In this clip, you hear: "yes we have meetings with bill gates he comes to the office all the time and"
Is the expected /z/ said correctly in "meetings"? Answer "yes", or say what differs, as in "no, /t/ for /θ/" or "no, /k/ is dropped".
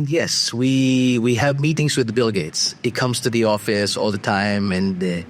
yes